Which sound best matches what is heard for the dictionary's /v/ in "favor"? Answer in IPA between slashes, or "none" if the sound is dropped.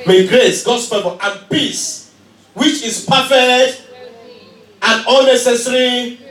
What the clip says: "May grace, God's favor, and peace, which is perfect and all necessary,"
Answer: /p/